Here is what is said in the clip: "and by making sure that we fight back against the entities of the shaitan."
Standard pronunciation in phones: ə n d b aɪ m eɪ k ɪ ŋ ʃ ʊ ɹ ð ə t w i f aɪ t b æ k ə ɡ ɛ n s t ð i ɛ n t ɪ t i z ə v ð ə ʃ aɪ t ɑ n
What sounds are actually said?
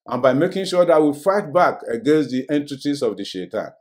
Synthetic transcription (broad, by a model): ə n b aɪ m eɪ k ɪ ŋ ʃ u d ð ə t w i f aɪ t b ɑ k ə ɡ ɛ n s t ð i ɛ n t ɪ t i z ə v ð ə ʃ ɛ t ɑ n